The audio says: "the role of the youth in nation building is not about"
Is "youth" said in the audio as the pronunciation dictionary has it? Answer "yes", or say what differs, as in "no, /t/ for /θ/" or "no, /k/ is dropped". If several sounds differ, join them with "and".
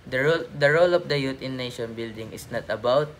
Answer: no, /t/ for /θ/